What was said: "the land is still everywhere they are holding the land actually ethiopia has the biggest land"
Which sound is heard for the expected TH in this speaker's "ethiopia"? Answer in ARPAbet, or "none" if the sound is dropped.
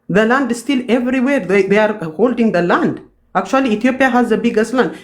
T